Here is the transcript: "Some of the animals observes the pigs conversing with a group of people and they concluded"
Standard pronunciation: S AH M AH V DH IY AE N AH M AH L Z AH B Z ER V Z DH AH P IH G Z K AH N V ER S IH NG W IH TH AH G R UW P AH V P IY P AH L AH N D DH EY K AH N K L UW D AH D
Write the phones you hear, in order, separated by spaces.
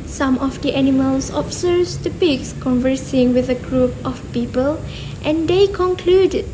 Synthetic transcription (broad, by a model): S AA M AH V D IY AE N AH M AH L S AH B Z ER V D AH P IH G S K AH N V ER S IH NG W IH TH AH G R UW P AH F P IY P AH L AH N D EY K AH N K L UW D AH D